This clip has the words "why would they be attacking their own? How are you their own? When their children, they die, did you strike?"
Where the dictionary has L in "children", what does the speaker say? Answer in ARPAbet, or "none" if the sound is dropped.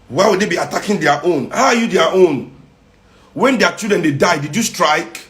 none